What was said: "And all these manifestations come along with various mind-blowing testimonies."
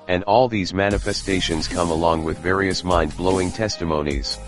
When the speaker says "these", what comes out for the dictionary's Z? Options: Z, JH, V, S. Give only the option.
Z